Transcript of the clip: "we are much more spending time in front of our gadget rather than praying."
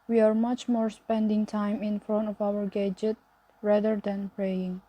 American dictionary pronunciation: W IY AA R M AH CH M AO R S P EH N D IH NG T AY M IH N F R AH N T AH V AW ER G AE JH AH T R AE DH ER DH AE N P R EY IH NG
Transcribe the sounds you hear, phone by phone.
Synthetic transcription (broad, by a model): W IY AA R M AH CH M AO R S P EH N D IH NG T AY M IH N F R AH N T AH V AW ER G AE JH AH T R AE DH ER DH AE N P R EY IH NG